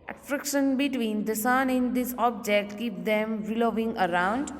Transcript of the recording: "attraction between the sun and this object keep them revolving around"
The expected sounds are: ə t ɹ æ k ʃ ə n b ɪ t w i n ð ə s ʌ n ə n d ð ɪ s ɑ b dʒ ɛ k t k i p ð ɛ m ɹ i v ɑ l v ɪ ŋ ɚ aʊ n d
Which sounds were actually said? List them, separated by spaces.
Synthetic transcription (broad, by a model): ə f ɹ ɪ k ʃ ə n b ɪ t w i n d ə s ʌ n ə n d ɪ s ɑ b dʒ ɛ k t k i p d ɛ m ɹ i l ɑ v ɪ ŋ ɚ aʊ n d